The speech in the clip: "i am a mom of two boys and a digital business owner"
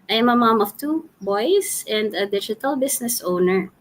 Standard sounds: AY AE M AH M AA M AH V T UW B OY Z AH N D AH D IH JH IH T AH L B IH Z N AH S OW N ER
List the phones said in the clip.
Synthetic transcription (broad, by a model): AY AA M AH M AA M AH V T UW B OY S AH N D AH D IH JH IH T AH L B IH S N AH S OW N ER